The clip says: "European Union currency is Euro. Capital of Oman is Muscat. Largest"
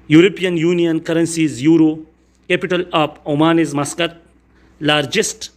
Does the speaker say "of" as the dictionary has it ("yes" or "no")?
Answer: no